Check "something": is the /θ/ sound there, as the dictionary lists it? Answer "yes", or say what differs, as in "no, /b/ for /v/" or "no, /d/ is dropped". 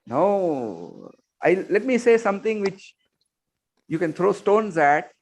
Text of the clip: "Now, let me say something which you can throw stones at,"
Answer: no, /t/ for /θ/